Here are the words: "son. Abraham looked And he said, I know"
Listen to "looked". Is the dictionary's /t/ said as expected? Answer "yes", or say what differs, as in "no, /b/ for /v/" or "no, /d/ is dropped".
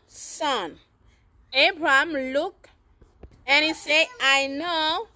no, /t/ is dropped